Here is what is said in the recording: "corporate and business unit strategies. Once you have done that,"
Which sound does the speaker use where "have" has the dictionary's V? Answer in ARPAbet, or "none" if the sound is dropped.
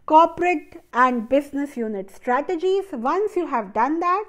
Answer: V